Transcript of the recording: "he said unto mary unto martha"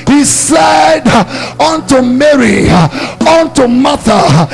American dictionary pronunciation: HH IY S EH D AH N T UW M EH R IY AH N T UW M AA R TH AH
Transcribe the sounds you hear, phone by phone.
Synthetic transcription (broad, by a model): HH IY S EH D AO N T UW M EH R IY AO N T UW M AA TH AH